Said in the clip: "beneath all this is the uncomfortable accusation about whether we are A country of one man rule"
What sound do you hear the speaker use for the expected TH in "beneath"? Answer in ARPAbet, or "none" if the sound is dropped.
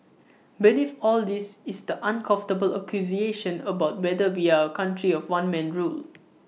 F